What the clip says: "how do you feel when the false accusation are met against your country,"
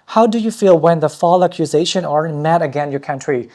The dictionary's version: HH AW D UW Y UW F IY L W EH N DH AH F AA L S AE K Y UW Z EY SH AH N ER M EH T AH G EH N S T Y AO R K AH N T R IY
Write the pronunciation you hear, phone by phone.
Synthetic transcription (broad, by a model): HH AW D UW Y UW F IY L W EH N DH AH F AA L AE K Y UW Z EY SH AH N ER M EH T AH G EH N Y AO R K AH N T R IY